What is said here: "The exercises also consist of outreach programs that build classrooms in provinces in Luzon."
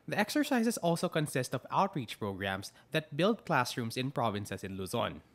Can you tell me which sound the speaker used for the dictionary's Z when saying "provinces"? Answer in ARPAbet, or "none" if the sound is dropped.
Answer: S